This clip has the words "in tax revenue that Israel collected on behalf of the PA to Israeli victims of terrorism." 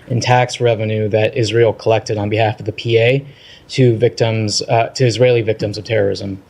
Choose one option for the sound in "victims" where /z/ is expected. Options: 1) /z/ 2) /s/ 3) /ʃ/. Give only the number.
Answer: 1